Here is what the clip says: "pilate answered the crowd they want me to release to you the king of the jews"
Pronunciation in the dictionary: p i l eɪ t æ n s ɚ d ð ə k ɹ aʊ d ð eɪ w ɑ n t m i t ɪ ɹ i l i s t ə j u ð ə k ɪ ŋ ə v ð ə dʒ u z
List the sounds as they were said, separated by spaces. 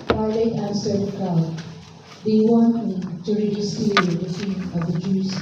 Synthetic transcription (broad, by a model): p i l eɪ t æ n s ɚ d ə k aʊ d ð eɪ w ɑ n t m i t ɪ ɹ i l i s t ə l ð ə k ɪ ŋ ə v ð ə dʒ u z